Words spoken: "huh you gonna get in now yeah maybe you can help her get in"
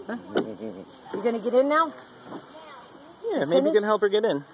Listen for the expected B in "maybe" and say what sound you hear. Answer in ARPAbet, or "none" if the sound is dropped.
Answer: none